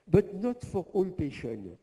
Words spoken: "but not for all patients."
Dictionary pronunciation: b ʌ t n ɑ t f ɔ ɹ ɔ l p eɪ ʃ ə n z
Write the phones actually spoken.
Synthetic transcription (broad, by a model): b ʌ t n ɑ t f ɔ ɹ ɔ n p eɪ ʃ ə n